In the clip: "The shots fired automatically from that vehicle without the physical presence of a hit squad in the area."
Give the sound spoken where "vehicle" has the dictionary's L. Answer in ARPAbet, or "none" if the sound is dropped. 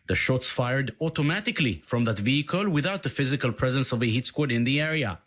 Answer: L